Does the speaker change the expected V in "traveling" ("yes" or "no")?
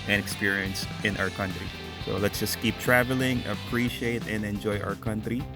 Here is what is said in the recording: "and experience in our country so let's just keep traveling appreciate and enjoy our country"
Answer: no